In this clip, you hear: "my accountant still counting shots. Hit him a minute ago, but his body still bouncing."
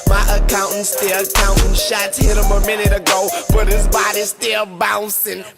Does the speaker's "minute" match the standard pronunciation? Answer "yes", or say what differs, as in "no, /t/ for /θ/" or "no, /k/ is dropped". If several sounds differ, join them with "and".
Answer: yes